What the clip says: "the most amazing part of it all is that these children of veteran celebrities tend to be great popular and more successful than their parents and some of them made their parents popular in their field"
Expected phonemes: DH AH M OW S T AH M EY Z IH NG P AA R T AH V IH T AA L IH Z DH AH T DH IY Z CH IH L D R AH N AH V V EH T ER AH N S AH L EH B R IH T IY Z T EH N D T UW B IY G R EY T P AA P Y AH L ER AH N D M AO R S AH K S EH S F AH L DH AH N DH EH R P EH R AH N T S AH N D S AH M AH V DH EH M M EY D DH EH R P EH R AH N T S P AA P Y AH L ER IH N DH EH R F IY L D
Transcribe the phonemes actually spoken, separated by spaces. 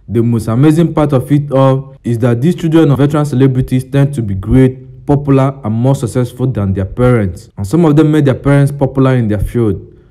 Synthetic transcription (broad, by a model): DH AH M OW S T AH M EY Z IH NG P AA T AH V IH T AA L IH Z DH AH T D IY S CH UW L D R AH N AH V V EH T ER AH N S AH L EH B R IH T IY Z T EH N D T UW B IY G R EY T P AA P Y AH L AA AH N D M AO S AH K S EH S F AH L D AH N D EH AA P EH R AH N T S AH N S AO M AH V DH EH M M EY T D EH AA P EH R AH N T S P AA P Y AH L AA IH N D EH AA F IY L D